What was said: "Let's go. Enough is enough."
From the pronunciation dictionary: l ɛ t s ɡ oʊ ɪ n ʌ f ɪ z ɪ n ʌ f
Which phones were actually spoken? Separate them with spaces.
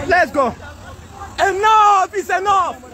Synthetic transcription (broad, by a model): l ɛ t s ɡ oʊ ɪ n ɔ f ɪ s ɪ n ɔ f